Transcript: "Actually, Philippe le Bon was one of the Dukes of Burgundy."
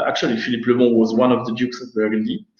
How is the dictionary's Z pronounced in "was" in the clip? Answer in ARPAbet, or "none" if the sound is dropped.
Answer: Z